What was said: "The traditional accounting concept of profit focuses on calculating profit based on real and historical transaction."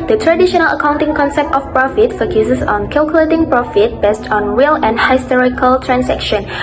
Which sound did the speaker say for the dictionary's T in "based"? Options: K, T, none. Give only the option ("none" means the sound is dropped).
T